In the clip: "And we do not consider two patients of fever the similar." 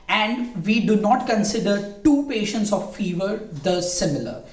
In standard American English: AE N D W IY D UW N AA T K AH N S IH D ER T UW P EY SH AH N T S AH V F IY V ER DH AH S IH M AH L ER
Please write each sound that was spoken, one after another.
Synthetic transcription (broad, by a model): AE N D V IY D UW N AA T K AH N S IH D ER T UW P EY SH AH N T S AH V F IY V ER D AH S IH M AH L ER